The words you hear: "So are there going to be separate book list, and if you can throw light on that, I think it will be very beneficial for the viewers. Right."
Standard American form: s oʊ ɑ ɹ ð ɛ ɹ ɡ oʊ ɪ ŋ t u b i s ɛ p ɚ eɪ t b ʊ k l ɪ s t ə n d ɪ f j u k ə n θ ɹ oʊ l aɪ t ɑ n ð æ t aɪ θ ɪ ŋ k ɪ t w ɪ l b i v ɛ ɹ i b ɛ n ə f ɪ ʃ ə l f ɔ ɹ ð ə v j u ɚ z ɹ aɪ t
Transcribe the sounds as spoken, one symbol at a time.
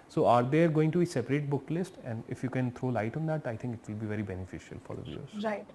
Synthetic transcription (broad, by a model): s oʊ ɑ ɹ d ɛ ɹ ɡ oʊ ɪ ŋ t u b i s ɛ p ɚ eɪ t b ʊ k l ɪ s t ə n d ɪ f j u k ə n t ɹ oʊ l aɪ t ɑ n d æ t aɪ t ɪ ŋ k ɪ t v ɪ l b i v ɛ ɹ i b ɛ n ə f ɪ ʃ ə l f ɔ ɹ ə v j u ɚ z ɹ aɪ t